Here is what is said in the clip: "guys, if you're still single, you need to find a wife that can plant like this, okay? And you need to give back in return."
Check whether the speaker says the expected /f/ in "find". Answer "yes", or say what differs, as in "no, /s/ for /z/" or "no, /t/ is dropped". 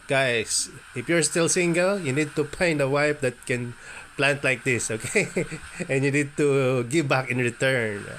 no, /p/ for /f/